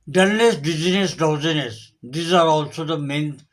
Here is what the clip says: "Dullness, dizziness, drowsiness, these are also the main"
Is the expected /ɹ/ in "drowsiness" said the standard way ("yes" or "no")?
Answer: no